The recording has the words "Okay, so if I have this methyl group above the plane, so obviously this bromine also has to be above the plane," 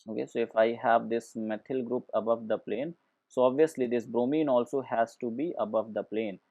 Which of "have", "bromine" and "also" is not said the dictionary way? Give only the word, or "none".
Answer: none